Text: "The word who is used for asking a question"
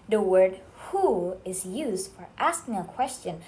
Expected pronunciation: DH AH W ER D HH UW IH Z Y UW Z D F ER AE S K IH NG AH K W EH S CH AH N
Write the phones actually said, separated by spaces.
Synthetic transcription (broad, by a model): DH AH W ER D HH UW IH Z Y UW Z D F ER AE S K IH NG AH K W EH S CH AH N